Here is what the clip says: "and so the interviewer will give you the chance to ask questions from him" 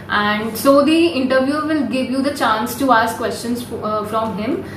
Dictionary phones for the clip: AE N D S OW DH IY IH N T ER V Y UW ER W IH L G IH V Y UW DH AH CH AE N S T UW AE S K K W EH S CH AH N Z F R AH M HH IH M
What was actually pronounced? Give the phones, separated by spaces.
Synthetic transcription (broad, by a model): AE N D S OW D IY IH N T ER V Y UW ER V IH L G IH V Y UW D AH CH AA N S T UW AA S K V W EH S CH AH N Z F R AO M HH IH M